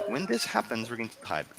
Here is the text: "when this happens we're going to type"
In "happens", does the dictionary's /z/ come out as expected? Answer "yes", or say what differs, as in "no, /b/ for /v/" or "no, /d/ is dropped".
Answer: yes